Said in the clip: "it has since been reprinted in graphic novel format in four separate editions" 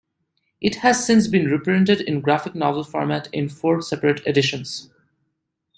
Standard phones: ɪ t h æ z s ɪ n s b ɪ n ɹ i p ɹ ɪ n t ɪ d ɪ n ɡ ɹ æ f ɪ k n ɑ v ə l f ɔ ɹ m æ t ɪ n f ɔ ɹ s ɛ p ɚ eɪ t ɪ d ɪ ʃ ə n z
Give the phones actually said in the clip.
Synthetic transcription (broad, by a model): ɪ t h æ z s ɪ n s b ɪ n ɹ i p ɹ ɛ n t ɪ d ɪ n ɡ ɹ æ f ɪ k n ɑ v ə l f ɔ ɹ m æ t ɪ n f ɔ ɹ s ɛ p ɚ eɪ t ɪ d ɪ ʃ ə n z